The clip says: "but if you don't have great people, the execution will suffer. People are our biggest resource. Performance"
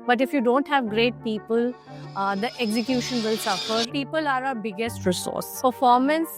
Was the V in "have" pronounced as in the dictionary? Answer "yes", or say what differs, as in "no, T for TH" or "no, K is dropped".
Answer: yes